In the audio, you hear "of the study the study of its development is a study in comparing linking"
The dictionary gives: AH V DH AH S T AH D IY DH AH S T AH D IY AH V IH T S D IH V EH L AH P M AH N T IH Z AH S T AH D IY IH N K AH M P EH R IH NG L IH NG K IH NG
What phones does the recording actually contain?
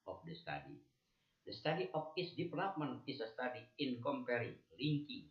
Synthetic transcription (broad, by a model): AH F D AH S T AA D IY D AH S T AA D IY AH F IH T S D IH P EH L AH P M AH N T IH S AH S T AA D IY IH N K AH M P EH R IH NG L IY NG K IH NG